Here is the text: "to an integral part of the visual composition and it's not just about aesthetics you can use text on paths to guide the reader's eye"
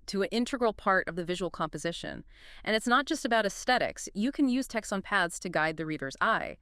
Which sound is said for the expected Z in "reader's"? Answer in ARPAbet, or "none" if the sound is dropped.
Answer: Z